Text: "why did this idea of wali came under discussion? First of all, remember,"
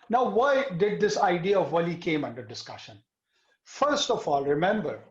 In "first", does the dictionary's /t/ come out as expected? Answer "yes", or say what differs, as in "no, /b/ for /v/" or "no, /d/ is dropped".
yes